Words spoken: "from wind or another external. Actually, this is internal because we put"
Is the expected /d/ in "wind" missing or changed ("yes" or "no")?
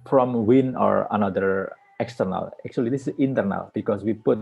yes